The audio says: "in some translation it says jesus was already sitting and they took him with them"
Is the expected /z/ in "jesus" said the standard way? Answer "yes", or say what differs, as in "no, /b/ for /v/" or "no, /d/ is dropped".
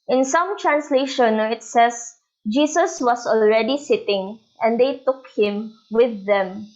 no, /s/ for /z/